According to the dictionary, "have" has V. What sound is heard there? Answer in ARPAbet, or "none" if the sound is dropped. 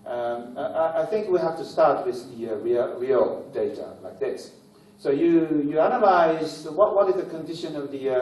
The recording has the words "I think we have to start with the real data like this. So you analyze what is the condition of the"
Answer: F